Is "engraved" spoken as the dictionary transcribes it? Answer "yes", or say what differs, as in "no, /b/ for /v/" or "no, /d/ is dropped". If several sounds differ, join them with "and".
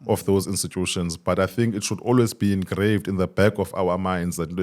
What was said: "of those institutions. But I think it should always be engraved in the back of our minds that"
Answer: yes